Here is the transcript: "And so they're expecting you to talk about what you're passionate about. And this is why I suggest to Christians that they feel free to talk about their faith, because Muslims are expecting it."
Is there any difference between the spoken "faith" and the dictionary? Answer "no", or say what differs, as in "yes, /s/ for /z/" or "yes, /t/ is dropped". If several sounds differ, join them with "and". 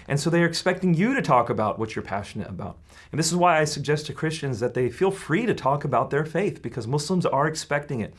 no